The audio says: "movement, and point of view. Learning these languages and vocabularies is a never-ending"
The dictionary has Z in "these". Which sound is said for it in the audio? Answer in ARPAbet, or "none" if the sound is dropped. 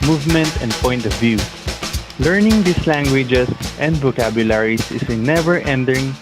S